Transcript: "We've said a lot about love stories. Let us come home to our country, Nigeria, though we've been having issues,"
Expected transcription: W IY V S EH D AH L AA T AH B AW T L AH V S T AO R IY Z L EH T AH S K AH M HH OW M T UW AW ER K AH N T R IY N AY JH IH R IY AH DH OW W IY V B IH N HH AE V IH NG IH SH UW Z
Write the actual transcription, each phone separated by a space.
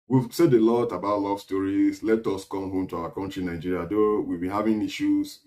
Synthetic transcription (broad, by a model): W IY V S EH D AH L AA T AH B AW T L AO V S T AO R IY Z L EH T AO S K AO M HH OW M T UW AW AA K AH N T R IY N AY JH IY R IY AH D OW W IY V B IH N HH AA V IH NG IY SH UW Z